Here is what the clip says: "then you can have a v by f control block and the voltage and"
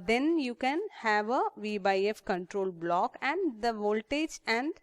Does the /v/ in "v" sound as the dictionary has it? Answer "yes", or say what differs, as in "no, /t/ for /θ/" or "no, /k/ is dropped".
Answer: yes